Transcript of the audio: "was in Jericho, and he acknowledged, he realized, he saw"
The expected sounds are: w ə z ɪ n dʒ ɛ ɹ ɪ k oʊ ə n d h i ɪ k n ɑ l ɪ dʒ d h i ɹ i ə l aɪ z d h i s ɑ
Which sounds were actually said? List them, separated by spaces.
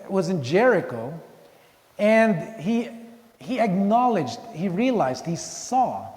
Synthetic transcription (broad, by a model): w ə z ɪ n dʒ ɛ ɹ ɪ k oʊ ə n d h i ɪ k n ɑ l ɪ dʒ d h i ɹ i ə l aɪ z d h i s ɑ